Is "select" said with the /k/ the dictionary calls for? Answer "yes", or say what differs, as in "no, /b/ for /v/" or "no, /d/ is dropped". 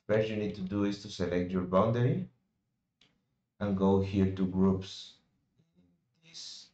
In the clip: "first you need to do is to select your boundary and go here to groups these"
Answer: yes